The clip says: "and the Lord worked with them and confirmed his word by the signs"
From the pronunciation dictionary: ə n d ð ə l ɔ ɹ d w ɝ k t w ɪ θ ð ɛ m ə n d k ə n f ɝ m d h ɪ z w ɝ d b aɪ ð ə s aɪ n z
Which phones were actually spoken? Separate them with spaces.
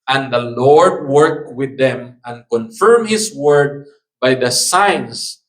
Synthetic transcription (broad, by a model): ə n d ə l ɔ ɹ d w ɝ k w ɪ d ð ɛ m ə n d k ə n f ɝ m h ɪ s w ɝ d b aɪ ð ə s aɪ n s